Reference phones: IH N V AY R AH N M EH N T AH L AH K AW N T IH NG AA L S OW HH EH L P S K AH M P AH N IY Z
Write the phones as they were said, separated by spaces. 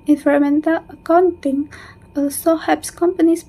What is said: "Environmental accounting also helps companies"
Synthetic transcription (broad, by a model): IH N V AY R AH M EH N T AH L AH K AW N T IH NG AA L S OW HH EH P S K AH M P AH N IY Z